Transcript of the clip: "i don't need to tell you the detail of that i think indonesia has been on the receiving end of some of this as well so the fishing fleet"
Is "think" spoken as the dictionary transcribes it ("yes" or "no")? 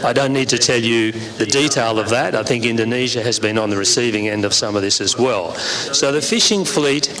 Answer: yes